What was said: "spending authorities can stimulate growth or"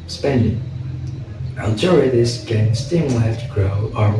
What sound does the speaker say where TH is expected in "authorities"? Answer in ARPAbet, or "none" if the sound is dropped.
T